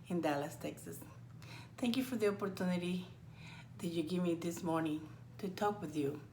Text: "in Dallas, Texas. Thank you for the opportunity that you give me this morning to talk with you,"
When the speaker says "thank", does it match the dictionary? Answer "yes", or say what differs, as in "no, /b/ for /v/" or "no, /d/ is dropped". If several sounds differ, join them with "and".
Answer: no, /t/ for /θ/